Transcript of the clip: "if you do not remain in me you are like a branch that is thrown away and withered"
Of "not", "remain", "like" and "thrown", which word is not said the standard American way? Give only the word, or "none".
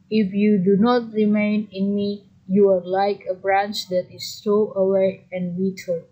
thrown